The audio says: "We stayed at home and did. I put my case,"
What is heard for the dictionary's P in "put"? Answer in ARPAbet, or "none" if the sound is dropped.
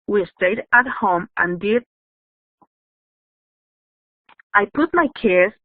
P